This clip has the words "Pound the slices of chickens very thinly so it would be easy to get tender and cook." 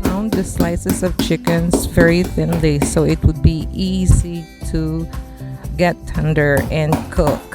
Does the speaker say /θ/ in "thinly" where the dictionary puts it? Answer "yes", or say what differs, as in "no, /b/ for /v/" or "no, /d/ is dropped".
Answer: yes